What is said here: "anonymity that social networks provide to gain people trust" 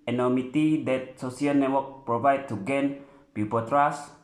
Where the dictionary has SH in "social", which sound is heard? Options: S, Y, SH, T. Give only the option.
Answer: S